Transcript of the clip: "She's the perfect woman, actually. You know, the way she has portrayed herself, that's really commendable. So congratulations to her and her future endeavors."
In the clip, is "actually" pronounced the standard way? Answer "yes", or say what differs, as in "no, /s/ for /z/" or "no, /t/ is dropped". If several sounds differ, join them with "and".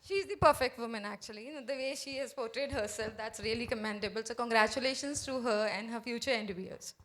no, /l/ is dropped